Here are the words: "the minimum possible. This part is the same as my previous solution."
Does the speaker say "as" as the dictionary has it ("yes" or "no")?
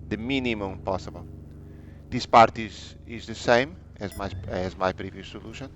yes